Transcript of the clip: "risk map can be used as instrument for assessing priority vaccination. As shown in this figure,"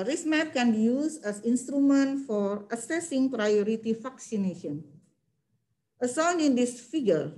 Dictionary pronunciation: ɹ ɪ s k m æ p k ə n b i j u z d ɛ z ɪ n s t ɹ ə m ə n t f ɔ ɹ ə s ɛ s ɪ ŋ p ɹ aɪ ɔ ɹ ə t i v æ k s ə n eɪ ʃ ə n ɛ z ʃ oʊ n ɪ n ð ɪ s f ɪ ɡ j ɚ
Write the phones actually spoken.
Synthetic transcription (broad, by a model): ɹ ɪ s m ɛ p k ə n b i j u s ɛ s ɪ n s t ɹ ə m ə n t f ɔ ɹ ə s ɛ s ɪ ŋ p ɹ aɪ ɔ ɹ ə t i f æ k s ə n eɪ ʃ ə n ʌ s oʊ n ɪ n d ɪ s f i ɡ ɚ